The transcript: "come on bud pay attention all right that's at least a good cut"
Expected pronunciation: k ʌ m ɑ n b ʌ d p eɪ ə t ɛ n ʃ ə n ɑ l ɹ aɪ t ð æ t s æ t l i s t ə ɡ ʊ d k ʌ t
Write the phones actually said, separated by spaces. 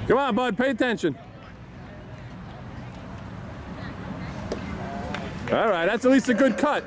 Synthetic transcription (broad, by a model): k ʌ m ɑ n b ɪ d p eɪ ə t ɛ n ʃ ə n ɑ l ɹ aɪ t ð æ t s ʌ t l i s t ə ɡ ʊ d k ʌ t